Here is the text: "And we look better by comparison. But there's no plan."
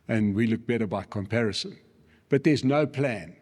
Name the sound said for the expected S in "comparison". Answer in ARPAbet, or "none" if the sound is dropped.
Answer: S